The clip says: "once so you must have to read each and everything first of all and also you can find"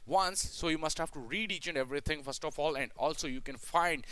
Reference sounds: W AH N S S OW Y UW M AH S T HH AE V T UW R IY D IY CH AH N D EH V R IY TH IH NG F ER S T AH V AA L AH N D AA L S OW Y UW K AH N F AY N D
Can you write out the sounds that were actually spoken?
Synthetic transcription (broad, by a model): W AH N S S OW Y UW M AH S T HH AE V T UW R IY D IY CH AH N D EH V R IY T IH NG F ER S T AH F AA L AH N D AA L S OW Y UW K AH N F AY N D